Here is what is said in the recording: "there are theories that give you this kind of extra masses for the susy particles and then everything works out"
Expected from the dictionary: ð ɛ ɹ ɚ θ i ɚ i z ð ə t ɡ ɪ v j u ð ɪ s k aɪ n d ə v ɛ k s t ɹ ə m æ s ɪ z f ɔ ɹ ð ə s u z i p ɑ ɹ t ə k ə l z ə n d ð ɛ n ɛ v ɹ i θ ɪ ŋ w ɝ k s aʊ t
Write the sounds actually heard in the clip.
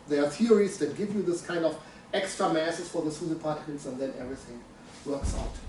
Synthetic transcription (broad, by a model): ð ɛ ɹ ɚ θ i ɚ i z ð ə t ɡ ɪ v j u ð ɪ s k aɪ n d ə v ɛ k s t ɹ ə m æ s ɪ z f ɔ ɹ ð ə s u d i p ɑ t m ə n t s ə n d ð ɛ n ɛ v ɹ i θ ɪ ŋ w ɝ k s aʊ t